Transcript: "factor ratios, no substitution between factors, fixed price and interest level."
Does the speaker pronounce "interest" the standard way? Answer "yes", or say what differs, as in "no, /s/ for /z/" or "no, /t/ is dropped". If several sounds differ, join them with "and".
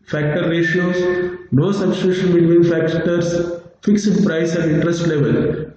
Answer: yes